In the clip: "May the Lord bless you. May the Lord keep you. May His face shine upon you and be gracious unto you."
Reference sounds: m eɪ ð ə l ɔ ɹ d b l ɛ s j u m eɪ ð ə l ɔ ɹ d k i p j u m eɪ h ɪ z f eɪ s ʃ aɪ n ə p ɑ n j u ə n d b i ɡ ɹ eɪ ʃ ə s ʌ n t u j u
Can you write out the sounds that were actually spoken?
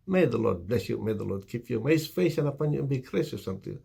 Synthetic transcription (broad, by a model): m eɪ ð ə l ɔ d b l ɛ s j u m eɪ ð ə l ɔ d k i p j u m eɪ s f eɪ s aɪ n ə p ɑ n j u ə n b i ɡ ɹ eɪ s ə s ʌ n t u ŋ